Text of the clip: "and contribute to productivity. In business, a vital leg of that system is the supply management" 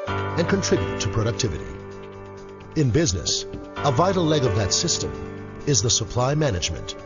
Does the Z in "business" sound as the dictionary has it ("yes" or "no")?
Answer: yes